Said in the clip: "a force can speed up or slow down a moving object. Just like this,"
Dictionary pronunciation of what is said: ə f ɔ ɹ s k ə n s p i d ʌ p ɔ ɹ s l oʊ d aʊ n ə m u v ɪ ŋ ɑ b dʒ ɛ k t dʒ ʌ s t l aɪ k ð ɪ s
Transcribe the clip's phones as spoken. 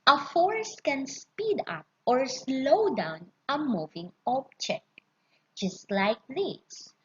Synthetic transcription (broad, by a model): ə f ɔ ɹ s k ə n s p i d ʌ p ɔ ɹ s l oʊ d aʊ n ə m u v ɪ ŋ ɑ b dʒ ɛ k dʒ ʌ s t l aɪ k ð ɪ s